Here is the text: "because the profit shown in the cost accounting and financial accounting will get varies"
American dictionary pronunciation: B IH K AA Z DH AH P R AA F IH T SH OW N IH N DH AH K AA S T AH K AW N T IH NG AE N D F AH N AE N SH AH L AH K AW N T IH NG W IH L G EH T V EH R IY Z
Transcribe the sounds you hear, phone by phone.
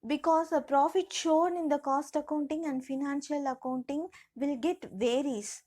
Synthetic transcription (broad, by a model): B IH K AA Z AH P R AA F IH T SH OW N IH N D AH K AA S T AH K AW N T IH NG AE N D F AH N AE N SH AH L AH K AW N T IH NG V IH L G EH T V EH R IY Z